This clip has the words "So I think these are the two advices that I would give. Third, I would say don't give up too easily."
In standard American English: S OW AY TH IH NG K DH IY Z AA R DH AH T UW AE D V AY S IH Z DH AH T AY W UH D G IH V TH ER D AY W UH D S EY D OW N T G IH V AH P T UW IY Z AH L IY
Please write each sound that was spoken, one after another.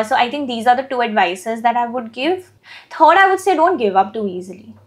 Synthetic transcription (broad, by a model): S OW AY T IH NG K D IY Z AA R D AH T UW AE D V AY S IH Z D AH T AY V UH D G IH V T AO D AY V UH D S EY D OW N T G IH V AH P T UW IY Z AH L IY